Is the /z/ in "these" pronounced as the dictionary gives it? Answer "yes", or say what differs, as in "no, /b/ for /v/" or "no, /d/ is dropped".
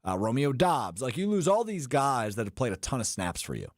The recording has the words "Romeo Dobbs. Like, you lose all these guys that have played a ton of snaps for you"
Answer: yes